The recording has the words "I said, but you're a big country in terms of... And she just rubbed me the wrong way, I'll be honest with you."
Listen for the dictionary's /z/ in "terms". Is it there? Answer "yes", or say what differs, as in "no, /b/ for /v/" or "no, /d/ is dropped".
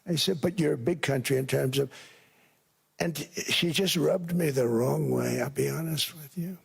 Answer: yes